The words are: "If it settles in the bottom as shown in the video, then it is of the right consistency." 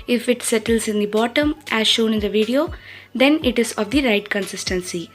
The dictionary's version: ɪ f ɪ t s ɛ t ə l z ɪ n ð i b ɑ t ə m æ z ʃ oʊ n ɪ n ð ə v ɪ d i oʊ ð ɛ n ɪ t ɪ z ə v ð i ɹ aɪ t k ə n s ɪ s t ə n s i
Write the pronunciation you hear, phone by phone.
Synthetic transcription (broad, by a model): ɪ f ɪ t s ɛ t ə l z ɪ n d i b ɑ t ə m æ z ʃ oʊ n ɪ n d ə v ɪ d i oʊ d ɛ n ɪ t ɪ z ə v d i ɹ aɪ t k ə n s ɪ s t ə n s i